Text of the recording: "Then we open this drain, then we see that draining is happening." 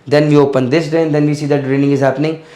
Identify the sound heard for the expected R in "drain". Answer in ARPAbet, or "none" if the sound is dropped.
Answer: none